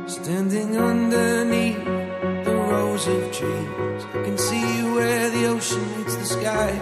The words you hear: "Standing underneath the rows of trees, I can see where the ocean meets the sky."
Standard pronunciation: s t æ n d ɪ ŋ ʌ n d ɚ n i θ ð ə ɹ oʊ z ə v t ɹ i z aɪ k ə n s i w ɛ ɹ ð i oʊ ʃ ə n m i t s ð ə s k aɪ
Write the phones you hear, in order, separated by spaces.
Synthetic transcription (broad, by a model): s t æ n d ɪ ŋ ʌ n d ɚ n i θ ð ə ɹ oʊ z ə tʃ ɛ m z k ə n s i w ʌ ɹ ð i oʊ ʃ ə n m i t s ð ə s k aɪ